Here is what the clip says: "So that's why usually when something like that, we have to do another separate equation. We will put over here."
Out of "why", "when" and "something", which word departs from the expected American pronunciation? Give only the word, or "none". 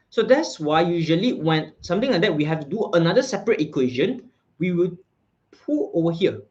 something